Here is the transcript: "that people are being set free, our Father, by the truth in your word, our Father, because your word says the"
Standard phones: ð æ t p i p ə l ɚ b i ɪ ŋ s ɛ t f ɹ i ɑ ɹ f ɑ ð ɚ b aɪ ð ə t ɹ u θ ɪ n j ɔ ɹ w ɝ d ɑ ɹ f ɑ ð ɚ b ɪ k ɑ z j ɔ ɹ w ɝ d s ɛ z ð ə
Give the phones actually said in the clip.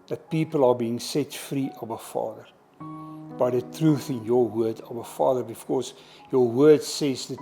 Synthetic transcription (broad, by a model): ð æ t p i p ə l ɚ b i ɪ ŋ s ɛ t f ɹ i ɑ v f ɑ ð ɚ b aɪ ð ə t ɹ u θ ɪ n j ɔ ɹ w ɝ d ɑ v f ɑ ð ɚ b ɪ k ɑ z j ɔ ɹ w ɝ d s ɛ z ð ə